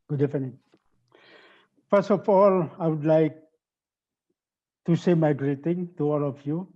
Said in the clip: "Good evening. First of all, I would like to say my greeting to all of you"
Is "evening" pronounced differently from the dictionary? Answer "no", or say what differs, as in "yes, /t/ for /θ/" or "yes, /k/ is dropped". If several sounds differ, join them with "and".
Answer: yes, /f/ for /v/